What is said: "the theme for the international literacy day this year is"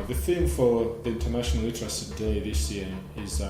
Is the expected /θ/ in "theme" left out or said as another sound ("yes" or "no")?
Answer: no